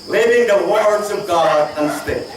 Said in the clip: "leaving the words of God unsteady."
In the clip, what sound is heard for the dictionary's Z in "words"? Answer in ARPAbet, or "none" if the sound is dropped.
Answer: Z